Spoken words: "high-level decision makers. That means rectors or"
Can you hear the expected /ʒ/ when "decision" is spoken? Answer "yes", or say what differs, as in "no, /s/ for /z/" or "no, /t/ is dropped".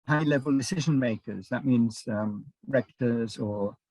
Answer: yes